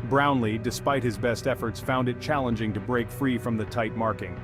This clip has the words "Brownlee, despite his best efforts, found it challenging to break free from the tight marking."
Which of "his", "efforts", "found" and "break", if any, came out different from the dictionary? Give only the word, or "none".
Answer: none